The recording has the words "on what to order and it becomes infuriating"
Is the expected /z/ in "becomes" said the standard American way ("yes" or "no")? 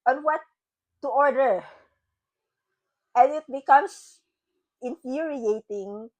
no